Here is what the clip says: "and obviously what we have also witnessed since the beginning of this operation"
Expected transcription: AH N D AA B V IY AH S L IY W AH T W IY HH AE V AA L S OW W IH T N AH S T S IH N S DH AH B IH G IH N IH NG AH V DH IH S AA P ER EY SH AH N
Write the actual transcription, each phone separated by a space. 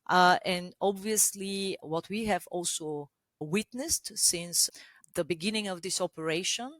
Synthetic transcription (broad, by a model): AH N D AA B V IY AH S L IY W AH T W IY HH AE V AA L S OW W IH T N AH S T S IH N S DH AH B IH G IH N IH NG AH V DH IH S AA P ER EY SH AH N